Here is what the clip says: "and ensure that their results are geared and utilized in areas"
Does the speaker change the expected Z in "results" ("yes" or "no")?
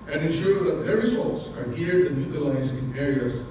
yes